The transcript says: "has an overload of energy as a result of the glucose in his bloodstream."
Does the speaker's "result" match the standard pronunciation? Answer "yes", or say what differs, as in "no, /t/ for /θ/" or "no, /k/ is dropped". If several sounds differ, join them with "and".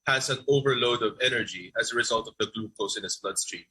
yes